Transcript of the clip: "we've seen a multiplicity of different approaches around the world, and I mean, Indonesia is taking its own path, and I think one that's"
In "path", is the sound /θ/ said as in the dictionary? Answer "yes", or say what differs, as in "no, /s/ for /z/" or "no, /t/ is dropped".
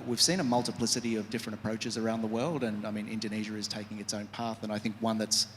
yes